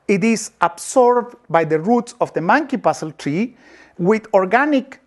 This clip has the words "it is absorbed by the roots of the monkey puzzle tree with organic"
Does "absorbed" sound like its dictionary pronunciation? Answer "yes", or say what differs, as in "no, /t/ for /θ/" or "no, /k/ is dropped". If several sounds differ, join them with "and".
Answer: no, /s/ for /z/